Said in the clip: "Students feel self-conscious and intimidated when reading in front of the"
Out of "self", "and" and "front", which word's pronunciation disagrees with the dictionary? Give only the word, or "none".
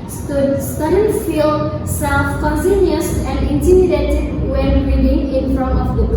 none